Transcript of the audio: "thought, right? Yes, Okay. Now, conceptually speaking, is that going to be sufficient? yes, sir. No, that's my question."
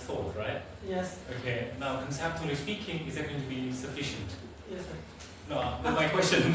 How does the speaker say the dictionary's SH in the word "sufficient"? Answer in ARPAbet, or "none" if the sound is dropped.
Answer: SH